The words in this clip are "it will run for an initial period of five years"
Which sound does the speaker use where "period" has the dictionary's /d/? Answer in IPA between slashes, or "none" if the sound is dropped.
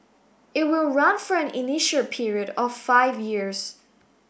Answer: /d/